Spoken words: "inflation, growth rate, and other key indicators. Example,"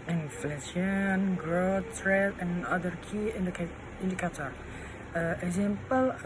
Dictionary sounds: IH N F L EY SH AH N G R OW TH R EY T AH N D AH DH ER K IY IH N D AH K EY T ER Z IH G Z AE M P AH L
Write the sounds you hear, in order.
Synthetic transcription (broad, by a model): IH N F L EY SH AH N G R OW T R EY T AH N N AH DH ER K IY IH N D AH K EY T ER IH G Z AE M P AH L